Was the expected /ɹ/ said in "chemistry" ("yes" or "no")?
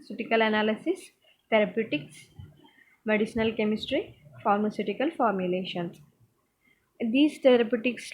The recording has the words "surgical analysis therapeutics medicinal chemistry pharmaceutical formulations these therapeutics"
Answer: yes